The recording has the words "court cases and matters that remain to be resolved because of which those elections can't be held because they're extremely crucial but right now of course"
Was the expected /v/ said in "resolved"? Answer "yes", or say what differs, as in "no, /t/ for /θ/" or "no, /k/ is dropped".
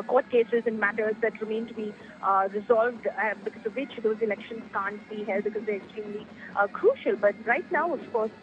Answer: yes